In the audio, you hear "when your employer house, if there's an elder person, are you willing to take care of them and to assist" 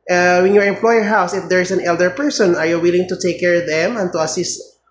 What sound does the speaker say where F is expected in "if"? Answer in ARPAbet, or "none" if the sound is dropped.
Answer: F